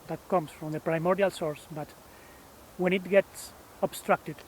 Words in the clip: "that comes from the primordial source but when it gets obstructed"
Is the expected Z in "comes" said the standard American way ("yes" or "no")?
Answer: no